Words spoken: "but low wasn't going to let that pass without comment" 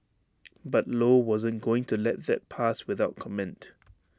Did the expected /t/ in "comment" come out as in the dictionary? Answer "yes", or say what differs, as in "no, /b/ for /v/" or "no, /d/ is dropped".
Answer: yes